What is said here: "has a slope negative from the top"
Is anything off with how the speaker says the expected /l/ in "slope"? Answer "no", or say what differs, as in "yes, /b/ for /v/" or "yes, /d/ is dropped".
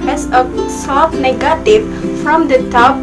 yes, /l/ is dropped